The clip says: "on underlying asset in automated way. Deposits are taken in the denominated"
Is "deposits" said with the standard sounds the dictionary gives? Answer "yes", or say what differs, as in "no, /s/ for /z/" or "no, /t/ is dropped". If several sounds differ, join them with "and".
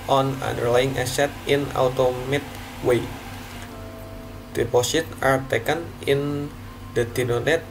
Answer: no, /s/ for /z/ and /s/ is dropped